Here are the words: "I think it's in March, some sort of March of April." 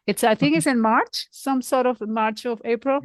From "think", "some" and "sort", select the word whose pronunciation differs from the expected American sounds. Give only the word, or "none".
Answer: think